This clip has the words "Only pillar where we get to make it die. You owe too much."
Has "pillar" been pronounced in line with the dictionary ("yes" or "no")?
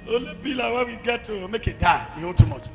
no